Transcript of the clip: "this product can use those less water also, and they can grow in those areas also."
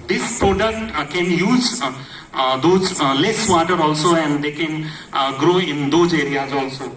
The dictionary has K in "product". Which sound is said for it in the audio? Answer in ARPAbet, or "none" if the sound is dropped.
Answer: none